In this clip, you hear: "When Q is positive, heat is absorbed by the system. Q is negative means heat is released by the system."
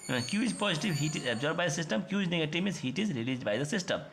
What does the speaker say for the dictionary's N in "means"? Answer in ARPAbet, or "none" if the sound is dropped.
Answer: none